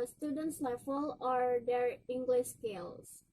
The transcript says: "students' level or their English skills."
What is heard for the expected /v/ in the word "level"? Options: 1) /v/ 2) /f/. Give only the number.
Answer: 2